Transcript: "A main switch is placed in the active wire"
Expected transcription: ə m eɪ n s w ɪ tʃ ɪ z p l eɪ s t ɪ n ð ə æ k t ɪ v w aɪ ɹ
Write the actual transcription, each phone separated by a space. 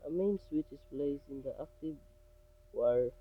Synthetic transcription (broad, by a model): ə m eɪ n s w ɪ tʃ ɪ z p l eɪ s ɪ n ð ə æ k t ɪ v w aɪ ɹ